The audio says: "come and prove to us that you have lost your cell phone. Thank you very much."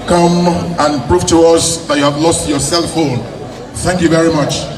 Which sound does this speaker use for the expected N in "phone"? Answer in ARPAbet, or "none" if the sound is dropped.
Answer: L